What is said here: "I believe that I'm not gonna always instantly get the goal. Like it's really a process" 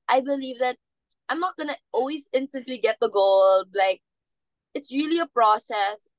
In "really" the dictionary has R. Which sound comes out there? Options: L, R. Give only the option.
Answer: R